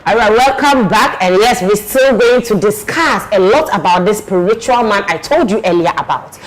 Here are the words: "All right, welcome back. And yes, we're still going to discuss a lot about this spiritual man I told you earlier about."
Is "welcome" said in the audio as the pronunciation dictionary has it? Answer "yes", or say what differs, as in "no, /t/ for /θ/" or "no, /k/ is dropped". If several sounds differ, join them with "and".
yes